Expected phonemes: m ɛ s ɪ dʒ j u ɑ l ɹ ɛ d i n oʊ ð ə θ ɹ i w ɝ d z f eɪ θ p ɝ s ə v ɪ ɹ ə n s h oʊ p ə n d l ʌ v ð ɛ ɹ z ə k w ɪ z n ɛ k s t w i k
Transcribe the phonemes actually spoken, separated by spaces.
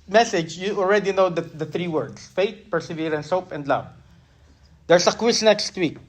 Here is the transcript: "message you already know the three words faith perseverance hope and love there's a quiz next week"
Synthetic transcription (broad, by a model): m ɛ s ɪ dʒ j u ɑ l ɹ ɛ d i n oʊ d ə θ ɹ i w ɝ d s f eɪ t p ɝ s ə v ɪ ɹ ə n s oʊ p ə n d l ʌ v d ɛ ɹ s ə k w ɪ s n ɛ k s t w i k